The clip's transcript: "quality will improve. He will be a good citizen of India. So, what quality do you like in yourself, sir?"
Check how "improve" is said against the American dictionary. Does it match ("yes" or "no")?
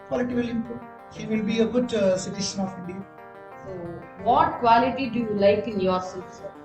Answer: no